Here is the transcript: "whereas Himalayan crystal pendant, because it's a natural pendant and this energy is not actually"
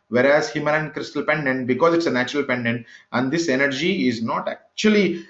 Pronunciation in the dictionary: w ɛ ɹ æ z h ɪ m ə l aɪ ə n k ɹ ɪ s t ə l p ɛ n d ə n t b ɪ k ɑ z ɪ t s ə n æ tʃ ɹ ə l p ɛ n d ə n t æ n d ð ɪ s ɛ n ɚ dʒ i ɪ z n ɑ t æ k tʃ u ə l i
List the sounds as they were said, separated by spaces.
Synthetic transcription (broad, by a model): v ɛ ɹ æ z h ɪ m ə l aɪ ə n k ɹ ɪ s t ə l p ɛ n d ə n t b ɪ k ɑ z ɪ t s ə n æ tʃ ɹ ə l p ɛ n d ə n t æ n d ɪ s ɛ n ɚ dʒ i ɪ z n ɑ t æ k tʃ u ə l i